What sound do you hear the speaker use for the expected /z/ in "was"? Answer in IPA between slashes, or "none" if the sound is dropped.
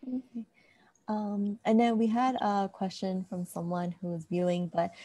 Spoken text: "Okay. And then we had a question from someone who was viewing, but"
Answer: /z/